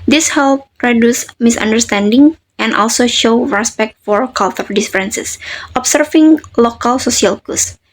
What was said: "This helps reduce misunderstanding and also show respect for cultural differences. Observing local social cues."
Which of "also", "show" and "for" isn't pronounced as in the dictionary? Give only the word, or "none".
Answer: none